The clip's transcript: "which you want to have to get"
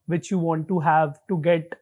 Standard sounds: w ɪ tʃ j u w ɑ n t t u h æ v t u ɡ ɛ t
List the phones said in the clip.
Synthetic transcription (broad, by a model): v ɪ tʃ j u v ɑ n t t u h æ v t u ɡ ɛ t